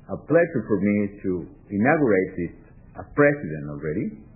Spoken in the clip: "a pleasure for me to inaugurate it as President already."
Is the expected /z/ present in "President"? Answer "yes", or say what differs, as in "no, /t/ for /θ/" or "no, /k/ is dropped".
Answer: no, /s/ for /z/